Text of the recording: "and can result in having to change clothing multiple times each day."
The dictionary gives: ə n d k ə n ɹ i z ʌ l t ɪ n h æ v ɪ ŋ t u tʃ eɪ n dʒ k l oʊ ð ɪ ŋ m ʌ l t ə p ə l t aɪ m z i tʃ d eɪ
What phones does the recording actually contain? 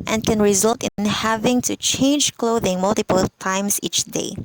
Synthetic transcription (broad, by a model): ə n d k ə n ɹ i z ʌ l t ɪ n h æ v ɪ ŋ t u tʃ eɪ n dʒ k l oʊ ð ɪ ŋ m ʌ l t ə p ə l t aɪ m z i tʃ d eɪ